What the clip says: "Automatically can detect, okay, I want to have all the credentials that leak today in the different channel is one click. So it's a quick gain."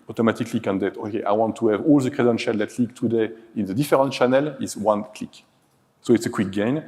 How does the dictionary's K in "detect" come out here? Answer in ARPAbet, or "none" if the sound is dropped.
none